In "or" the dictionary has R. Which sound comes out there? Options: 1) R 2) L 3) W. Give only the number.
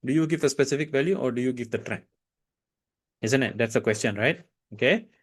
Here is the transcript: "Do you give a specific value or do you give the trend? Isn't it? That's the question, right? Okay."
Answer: 1